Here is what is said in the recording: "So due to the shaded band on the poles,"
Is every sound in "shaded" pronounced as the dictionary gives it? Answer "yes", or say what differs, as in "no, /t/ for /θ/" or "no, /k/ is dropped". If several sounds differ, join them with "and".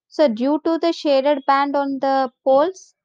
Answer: yes